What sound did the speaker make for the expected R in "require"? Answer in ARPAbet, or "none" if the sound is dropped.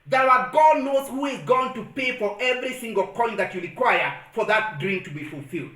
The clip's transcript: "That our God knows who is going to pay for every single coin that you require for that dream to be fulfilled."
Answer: R